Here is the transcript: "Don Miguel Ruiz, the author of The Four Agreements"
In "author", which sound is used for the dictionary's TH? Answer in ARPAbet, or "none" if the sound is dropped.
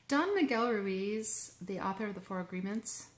TH